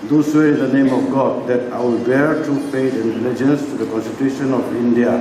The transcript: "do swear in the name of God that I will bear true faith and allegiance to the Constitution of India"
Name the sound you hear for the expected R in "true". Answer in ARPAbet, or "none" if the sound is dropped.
none